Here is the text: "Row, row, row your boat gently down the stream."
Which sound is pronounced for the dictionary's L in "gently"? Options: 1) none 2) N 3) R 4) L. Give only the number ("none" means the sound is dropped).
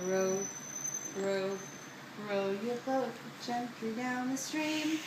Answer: 1